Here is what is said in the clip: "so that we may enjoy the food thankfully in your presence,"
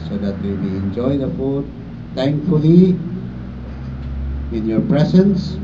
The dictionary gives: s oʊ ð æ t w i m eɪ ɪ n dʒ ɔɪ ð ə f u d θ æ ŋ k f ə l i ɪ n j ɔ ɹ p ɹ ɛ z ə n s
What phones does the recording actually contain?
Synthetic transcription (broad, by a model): s oʊ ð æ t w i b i ɪ n dʒ ɔɪ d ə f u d t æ ŋ k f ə l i ɪ n j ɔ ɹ p ɹ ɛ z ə n s